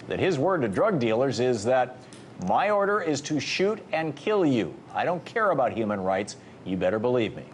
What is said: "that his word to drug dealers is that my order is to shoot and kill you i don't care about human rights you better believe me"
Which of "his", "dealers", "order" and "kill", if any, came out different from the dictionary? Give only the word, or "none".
none